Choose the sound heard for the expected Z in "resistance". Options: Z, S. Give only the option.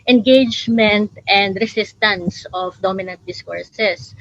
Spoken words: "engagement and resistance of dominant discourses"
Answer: S